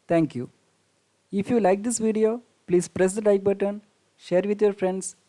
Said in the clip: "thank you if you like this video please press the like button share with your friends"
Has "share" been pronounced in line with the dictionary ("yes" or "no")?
yes